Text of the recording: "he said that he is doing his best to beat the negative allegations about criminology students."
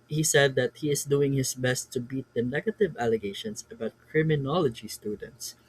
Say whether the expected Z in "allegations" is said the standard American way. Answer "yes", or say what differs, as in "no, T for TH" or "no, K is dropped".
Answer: no, S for Z